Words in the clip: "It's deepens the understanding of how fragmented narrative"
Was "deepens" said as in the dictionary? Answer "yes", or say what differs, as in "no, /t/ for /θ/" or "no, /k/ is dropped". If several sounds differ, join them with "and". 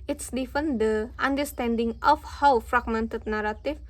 no, /f/ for /p/